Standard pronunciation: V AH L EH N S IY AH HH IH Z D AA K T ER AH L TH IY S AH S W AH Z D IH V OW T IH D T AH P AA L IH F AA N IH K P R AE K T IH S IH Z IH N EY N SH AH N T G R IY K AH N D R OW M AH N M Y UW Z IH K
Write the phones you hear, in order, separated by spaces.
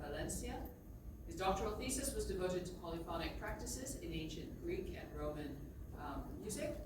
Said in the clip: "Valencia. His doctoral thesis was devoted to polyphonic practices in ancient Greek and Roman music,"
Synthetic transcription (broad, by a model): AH L EH N S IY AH HH IH Z D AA K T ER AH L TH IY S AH S W AH Z D IH V OW T IH D T AH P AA L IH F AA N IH K P R AE K T IH S IH Z IH N EY N SH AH N G R IY K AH N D R OW M AH N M Y UW Z IH K